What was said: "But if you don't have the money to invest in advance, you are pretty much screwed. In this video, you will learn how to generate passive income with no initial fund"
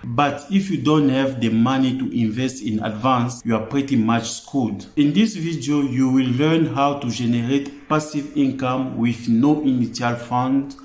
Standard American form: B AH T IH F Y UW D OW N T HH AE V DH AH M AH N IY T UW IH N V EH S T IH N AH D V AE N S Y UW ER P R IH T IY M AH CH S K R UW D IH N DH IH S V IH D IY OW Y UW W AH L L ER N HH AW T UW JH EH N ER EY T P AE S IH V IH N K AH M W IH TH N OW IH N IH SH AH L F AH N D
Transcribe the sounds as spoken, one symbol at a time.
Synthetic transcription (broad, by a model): B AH T IH F Y UW D OW N T HH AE V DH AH M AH N IY T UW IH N V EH S T IH N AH D V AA N S Y UW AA P R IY T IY M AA CH S K UW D IH N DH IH S V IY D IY OW Y UW W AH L L ER N HH AW T UW JH EH N ER EY T P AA S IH V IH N K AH M W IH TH N OW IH N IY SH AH L F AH N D